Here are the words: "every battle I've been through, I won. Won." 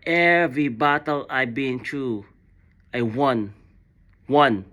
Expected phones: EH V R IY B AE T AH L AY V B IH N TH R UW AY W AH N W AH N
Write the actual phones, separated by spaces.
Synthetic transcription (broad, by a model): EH V R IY B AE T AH L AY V B IH N T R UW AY W AH N W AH N